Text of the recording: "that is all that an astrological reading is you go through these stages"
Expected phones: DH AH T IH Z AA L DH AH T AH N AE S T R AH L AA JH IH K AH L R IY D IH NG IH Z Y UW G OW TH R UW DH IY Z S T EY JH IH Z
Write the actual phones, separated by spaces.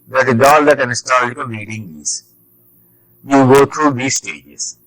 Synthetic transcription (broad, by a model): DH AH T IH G AA L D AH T AH N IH S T AH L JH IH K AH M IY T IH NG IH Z Y UW G OW T R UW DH IY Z S T EY JH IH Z